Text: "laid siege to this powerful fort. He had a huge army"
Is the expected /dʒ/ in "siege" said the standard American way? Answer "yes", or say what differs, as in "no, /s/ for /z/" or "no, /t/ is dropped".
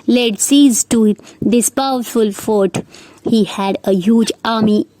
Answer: no, /z/ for /dʒ/